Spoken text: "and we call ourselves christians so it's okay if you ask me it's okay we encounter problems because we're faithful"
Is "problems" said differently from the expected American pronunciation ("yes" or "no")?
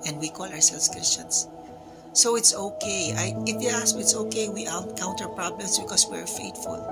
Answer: yes